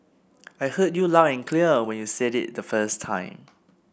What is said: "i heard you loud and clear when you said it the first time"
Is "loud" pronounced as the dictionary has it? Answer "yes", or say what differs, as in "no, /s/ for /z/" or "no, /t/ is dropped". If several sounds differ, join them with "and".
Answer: no, /d/ is dropped